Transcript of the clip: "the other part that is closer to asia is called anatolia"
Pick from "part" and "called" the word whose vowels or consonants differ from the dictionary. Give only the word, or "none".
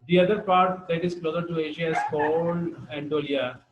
called